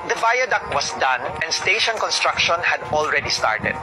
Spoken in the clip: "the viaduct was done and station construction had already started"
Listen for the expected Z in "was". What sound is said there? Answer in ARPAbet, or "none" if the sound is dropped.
S